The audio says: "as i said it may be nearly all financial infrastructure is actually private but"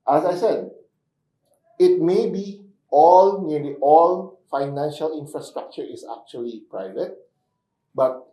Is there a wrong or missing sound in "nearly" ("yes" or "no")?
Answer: yes